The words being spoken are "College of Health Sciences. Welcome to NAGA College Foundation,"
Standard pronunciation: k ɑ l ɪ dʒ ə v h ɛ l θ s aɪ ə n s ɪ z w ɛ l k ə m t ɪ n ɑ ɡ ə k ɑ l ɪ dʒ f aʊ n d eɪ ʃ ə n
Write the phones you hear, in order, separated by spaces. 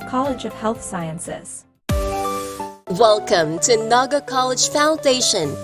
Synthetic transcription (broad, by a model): k ɑ l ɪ dʒ ə v h ɛ l θ s aɪ ə n s ɪ z w ɛ l k ə m t ɪ n ɑ ɡ ə k ɑ l ɪ dʒ f aʊ n d eɪ ʃ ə n